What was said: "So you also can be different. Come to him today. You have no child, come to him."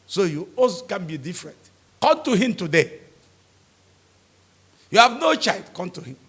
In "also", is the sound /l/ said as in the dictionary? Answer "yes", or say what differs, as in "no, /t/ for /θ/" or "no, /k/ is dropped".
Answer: no, /l/ is dropped